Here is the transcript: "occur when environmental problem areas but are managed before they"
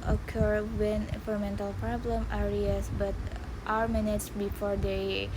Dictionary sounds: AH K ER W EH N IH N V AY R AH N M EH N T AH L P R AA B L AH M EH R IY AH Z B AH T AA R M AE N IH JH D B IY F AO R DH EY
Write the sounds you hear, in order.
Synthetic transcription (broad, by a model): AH K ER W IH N F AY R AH M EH N T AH L P R AA B L AH M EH R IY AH S B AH T AA R M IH N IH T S B IY F AO R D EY